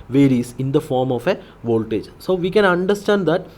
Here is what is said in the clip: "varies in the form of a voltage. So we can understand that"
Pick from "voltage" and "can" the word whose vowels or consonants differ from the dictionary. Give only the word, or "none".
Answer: none